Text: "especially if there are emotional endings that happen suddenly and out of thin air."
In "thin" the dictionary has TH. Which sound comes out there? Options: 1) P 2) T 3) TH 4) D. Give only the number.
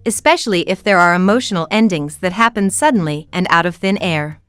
3